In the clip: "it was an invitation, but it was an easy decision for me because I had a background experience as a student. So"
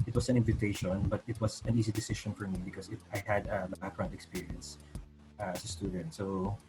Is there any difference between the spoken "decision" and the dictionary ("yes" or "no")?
yes